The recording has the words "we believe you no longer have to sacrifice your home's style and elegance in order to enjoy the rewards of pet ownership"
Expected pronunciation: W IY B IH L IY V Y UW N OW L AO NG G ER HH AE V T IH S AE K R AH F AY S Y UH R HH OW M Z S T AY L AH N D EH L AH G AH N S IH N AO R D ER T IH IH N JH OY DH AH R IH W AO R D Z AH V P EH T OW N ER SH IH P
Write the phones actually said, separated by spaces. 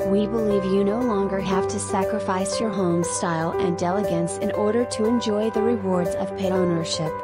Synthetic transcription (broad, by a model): W IY B IH L IY V Y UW N OW L AO NG G ER HH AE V T IH S AE K R AH F AY S Y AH R HH OW M S T AY L AH N D EH L AH G AH N S IH N AO R D ER T IH IH N JH OY DH AH R IH W AO R D Z AH V P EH OW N ER SH IH P